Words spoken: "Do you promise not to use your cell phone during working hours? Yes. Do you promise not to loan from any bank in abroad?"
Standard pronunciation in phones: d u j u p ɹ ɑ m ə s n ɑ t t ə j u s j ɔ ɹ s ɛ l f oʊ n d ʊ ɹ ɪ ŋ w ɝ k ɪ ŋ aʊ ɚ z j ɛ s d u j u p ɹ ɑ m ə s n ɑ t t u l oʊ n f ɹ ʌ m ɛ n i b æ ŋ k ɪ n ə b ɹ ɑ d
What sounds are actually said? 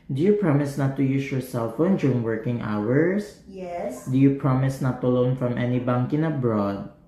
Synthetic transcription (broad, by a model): d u j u p ɹ ɑ m ə s n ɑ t t ə j u s j ɔ ɹ s ɛ l f oʊ n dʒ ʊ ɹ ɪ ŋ w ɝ k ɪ ŋ aʊ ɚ s j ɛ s d u j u p ɹ ɑ m ə s n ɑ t t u l oʊ n f ɹ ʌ m ɛ n i b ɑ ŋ k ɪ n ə b ɹ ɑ d